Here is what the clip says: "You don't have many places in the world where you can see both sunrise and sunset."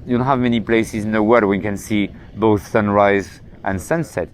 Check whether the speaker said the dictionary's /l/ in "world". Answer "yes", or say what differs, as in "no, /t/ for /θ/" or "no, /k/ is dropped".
no, /l/ is dropped